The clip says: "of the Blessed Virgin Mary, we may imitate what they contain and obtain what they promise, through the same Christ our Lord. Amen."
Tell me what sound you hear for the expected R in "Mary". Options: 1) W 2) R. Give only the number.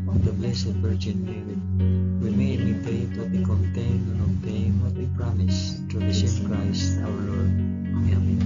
1